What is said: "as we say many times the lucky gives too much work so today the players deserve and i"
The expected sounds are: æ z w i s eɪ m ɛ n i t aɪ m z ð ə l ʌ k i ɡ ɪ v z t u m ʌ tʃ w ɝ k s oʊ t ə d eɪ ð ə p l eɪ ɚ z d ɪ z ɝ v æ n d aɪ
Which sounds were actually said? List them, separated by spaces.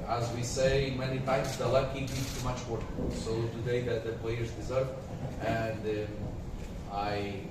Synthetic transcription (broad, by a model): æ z w i s eɪ m ɛ n i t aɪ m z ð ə l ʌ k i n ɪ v t u m ʌ tʃ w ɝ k s oʊ t ə d eɪ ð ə p l eɪ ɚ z d ɪ z ɝ v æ n d aɪ